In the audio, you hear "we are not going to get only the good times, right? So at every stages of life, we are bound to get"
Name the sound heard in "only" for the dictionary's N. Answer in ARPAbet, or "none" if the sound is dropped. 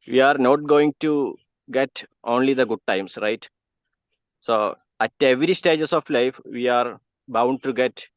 N